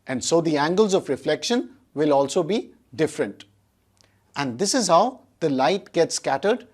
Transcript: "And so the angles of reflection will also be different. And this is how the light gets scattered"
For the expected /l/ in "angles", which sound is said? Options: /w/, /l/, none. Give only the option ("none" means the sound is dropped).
/l/